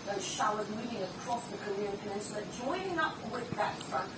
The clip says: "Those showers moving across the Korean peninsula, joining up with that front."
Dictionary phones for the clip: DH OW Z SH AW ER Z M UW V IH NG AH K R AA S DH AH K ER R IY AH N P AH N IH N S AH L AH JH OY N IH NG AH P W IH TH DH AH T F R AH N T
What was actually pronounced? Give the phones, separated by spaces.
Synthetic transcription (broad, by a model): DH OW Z SH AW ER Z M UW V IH NG AH K R AA S DH AH K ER R IY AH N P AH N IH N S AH N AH JH OY N IH NG AH P W IH DH AH T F R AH N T